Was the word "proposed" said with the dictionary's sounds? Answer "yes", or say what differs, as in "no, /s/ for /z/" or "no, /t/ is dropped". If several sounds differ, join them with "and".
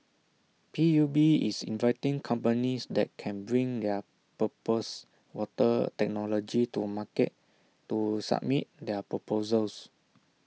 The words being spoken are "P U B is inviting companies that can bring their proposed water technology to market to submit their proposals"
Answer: no, /ɹ/ is dropped